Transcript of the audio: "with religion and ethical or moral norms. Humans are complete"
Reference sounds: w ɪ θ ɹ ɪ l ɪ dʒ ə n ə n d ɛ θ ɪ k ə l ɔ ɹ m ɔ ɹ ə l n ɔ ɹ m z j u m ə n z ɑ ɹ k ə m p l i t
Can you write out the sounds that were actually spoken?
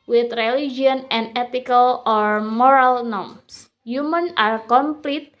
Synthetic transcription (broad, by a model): w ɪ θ ɹ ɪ l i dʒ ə n ə n d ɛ t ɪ k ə l ɔ ɹ m ɔ ɹ ə l n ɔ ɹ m s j u m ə n ɑ ɹ k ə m p l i t